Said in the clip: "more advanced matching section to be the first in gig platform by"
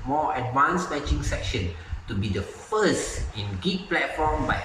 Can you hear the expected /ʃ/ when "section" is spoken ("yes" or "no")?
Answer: yes